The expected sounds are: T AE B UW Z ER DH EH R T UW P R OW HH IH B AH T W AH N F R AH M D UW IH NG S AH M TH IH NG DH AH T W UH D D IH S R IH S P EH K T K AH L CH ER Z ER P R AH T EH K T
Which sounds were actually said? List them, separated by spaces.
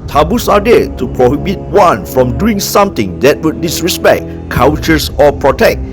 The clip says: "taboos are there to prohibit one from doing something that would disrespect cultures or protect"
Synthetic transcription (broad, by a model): T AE B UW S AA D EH T UW P R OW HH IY B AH T W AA N F R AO M D UW IH NG S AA M T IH NG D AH T W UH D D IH S R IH S P EH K K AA W CH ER S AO P R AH T EH K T